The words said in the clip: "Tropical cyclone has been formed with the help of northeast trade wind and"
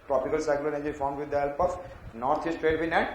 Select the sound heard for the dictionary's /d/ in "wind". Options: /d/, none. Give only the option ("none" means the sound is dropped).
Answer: none